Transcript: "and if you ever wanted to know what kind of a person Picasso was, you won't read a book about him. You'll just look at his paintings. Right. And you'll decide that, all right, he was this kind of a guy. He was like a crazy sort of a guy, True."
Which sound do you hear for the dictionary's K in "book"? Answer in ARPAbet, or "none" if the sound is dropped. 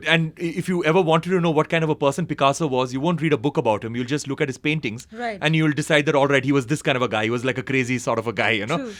K